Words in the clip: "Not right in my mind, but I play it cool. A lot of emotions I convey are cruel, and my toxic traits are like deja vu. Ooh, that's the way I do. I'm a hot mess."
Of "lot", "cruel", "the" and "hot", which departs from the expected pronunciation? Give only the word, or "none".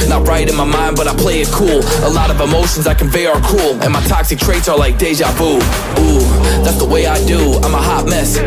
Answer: cruel